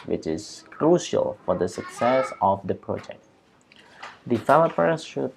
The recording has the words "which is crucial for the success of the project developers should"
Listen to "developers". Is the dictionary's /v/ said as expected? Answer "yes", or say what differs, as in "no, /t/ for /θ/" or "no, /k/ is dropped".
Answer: no, /f/ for /v/